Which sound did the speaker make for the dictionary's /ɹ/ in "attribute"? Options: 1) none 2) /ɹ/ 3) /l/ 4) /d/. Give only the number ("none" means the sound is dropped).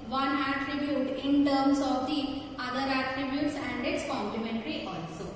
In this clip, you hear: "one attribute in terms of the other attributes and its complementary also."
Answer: 2